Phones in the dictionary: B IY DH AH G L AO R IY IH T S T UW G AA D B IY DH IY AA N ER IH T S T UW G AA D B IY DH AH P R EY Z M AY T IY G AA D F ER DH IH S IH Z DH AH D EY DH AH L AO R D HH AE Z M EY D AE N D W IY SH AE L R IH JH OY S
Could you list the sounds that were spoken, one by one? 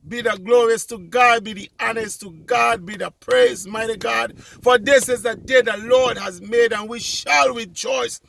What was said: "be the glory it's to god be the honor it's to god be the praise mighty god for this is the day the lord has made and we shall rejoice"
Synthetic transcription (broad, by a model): B IY DH AH G L AO R IY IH S T UW G AA D B IY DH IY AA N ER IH S T UW G AA D B IY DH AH P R EY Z M AY T IY G AA D F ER DH IH S IH Z DH AH D EY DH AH L AO R D HH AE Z M EY D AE N W IY SH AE L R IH JH OY S